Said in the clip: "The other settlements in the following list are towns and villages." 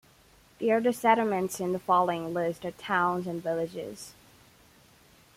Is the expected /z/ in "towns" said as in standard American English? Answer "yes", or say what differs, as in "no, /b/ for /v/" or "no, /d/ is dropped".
yes